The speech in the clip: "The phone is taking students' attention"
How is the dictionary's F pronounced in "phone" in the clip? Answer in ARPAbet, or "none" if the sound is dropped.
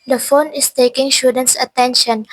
F